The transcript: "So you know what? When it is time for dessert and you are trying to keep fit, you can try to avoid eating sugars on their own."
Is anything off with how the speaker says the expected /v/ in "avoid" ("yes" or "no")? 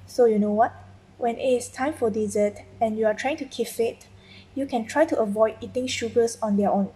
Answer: no